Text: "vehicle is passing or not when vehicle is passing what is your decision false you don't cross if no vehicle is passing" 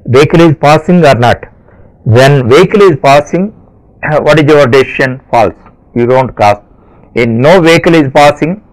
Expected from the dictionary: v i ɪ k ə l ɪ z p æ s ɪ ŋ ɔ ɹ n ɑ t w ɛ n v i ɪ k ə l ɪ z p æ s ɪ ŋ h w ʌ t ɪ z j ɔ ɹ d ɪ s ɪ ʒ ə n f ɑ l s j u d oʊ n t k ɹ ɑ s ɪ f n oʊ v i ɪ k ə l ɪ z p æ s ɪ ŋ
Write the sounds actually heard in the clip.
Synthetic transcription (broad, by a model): v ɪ k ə l ɪ z p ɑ s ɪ ŋ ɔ ɹ n ɑ t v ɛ n v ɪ k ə l ɪ z p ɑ s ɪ ŋ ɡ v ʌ t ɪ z j ɔ ɹ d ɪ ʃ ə n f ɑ l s j u d oʊ n t k ɑ s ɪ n n oʊ v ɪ k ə l ɪ z p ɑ s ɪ ŋ